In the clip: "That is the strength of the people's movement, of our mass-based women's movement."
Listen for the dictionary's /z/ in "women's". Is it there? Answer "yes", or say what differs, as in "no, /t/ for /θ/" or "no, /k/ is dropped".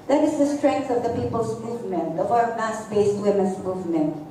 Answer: no, /s/ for /z/